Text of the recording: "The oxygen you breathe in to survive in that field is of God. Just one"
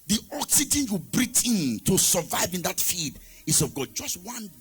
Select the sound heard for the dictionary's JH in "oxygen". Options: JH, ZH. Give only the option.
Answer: JH